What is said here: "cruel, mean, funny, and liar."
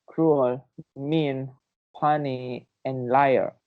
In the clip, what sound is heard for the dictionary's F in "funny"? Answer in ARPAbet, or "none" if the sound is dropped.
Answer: P